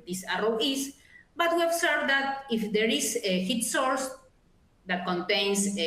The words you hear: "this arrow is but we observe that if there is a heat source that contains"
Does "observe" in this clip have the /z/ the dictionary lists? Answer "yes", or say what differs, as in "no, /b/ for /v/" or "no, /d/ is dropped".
no, /s/ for /z/